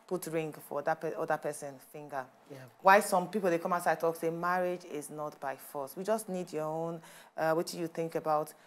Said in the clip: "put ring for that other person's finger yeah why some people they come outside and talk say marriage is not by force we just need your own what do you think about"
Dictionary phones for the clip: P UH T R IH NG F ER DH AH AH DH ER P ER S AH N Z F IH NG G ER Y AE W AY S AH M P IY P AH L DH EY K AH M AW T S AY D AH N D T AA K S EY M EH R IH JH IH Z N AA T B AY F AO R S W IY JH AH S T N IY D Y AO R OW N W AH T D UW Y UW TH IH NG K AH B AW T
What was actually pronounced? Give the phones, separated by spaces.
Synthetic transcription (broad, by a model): P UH T R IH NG F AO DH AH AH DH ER P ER S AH N F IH NG G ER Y W AY S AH M P IY P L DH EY K AH M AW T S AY AH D T AA K S EY M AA R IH JH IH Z N AA T B AY F AO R S W IY JH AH S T N IY D Y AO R OW N W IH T Y UW TH IH NG K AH B AW T